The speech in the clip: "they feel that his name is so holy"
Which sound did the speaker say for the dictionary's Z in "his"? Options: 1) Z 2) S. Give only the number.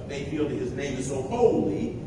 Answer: 1